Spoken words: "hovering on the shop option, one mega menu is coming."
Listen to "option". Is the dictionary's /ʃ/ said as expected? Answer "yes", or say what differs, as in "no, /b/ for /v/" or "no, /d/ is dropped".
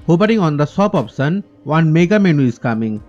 no, /s/ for /ʃ/